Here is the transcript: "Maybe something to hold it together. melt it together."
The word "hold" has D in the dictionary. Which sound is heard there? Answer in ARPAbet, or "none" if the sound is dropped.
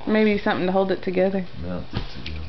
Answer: D